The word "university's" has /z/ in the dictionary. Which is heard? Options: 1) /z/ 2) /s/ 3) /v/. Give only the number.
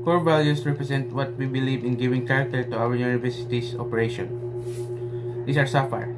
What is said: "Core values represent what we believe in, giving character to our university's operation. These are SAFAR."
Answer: 2